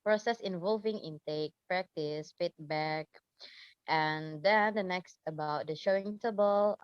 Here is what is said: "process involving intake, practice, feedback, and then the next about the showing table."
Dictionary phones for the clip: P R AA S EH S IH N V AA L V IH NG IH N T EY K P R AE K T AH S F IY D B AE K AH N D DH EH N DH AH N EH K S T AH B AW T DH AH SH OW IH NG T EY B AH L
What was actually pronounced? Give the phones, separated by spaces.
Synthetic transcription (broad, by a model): P R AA S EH S IH N V AA L V IH NG IH N T EY K P R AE K T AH S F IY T B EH K AH N D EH N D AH N EH K S T AH B AW T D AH SH OW IH NG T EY B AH L